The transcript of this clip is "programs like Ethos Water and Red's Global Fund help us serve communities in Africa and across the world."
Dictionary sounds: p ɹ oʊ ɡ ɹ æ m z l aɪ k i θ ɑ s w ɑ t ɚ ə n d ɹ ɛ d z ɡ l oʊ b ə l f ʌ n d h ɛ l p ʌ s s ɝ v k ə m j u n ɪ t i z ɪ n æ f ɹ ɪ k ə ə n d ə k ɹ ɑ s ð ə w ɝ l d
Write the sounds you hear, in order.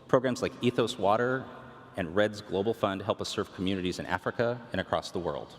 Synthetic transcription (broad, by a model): p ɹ oʊ ɡ ɹ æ m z l aɪ k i θ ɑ s w ɑ t ɚ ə n ɹ ɛ d z ɡ l oʊ b l f ʌ n d h ɛ l p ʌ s s ɝ v k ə m j u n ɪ t i z ɪ n æ f ɹ ɪ k ə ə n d ə k ɹ ɑ s ð ə w ɝ l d